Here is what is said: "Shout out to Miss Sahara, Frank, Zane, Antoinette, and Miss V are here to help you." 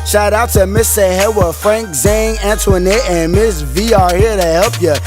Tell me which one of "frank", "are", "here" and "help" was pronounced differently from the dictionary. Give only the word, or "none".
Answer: none